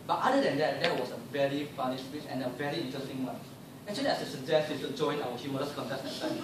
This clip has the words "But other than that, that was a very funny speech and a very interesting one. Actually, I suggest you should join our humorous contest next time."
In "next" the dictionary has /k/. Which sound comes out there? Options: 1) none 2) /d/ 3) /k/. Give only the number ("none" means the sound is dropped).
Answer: 1